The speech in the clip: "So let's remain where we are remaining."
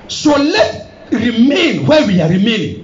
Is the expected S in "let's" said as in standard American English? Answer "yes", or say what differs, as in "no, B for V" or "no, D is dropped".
no, S is dropped